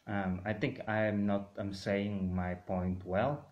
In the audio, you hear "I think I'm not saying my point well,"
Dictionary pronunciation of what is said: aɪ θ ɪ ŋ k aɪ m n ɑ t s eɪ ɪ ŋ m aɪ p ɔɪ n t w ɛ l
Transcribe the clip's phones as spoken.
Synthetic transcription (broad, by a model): aɪ θ ɪ ŋ k aɪ m n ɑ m s eɪ ɪ ŋ m aɪ p ɔɪ n t w ɛ l